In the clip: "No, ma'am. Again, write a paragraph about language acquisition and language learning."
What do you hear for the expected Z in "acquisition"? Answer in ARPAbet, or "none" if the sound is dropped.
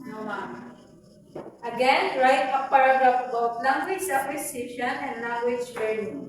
S